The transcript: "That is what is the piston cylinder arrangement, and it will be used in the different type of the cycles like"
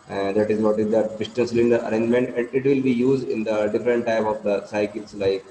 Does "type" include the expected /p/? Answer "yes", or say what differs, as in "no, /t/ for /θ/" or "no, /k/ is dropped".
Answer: yes